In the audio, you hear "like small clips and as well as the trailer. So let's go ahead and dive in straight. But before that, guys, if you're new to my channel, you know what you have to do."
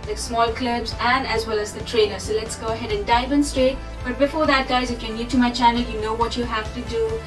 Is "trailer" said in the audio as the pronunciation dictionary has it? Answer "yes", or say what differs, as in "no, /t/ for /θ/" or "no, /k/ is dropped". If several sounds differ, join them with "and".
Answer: no, /n/ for /l/